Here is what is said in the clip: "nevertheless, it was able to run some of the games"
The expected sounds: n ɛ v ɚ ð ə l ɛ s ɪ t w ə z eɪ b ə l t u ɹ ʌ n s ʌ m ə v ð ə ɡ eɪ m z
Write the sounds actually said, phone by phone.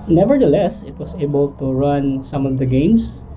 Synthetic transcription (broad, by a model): n ɛ v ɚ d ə l ɛ s ɪ t w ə s eɪ b ə l t u ɹ ʌ n s ʌ m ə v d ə ɡ eɪ m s